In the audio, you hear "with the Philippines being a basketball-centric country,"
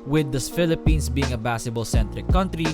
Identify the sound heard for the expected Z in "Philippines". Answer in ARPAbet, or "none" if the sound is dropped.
S